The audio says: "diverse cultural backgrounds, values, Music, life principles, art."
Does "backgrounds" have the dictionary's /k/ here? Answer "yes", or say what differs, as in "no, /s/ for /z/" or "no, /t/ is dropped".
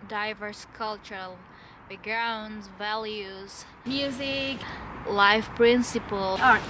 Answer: no, /k/ is dropped